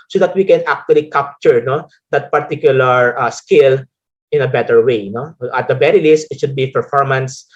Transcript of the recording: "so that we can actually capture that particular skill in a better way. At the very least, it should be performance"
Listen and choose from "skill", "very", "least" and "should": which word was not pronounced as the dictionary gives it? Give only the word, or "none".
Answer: very